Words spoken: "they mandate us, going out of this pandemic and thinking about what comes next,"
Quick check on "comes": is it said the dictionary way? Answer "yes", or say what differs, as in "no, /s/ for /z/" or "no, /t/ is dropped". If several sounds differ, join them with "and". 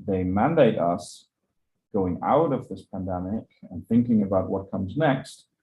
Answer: yes